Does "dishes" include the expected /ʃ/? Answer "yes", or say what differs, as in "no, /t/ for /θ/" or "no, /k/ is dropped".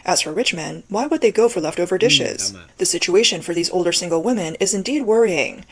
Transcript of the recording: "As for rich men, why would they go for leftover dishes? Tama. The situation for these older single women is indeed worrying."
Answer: yes